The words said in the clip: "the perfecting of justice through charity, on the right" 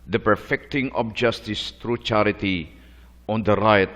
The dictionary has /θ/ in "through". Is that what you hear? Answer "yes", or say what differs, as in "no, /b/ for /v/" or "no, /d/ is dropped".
no, /t/ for /θ/